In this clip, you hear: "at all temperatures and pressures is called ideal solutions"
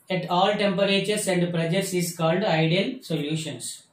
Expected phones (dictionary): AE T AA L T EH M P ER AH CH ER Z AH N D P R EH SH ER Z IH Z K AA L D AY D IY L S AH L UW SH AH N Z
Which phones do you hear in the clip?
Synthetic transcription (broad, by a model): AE T AA L T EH M P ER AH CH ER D AH N D P R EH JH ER S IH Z K AA L D AY D IY L S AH L UW SH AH N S